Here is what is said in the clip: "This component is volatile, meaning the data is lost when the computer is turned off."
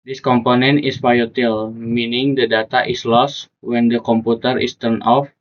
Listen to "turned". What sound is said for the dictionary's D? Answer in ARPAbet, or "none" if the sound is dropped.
none